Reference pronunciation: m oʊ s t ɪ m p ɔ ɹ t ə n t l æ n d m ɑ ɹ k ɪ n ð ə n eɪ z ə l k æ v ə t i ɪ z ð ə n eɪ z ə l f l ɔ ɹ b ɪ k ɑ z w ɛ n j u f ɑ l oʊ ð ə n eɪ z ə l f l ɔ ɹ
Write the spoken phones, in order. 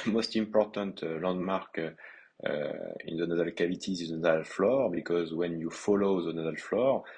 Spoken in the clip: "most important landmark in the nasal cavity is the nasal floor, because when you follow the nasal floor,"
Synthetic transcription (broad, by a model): m oʊ s t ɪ m p ɔ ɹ t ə n t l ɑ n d m ɑ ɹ k ɪ n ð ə n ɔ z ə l k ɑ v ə t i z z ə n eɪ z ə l f l ɔ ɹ b ɪ k ɑ z w ɛ n j u f ɑ l oʊ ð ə n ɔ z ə l f l ɔ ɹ